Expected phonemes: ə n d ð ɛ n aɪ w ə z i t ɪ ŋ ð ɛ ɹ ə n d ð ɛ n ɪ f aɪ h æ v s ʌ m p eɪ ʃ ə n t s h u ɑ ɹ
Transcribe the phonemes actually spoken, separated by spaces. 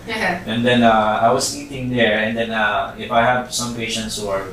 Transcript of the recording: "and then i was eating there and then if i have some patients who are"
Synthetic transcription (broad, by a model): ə n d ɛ n aɪ w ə s i t ɪ ŋ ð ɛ ɹ ə n d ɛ n ɪ f aɪ h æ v s ʌ m p eɪ ʃ ə n t s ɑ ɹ